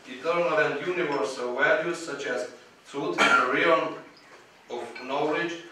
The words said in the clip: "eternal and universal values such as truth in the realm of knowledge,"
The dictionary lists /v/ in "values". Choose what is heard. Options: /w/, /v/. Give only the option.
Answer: /w/